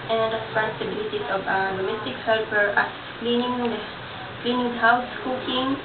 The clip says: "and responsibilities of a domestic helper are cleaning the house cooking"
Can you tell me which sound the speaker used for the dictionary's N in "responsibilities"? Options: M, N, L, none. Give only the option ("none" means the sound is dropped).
none